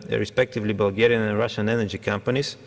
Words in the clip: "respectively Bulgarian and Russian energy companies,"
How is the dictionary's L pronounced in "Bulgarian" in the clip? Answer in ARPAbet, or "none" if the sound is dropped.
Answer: L